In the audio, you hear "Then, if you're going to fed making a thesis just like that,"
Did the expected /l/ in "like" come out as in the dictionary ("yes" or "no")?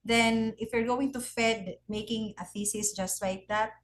no